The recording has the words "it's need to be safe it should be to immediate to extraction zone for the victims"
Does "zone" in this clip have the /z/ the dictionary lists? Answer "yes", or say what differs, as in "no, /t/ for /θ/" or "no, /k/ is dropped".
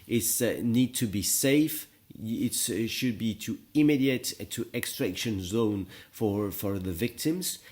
yes